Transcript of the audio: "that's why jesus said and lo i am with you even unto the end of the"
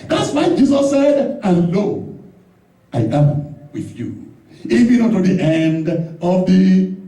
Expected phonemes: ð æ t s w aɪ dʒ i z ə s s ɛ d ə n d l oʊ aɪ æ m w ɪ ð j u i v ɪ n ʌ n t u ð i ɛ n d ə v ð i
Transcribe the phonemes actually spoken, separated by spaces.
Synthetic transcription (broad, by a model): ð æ t s w aɪ dʒ i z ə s s ɛ d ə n l oʊ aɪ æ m w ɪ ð j u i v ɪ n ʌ t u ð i ɛ n d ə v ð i